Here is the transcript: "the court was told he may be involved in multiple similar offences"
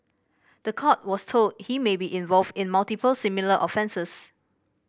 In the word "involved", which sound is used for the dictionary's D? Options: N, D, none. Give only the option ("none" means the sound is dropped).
D